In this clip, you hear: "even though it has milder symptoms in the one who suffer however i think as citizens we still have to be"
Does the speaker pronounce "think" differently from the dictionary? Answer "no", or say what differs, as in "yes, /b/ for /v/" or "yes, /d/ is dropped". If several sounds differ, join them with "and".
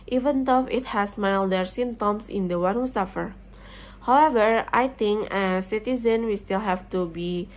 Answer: yes, /t/ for /θ/